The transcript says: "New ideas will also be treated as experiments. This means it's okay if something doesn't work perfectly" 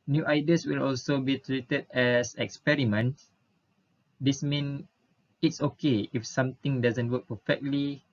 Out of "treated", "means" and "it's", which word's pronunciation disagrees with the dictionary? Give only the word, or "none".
means